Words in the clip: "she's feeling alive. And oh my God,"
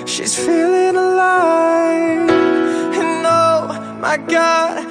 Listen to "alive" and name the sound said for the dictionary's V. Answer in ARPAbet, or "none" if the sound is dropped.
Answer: none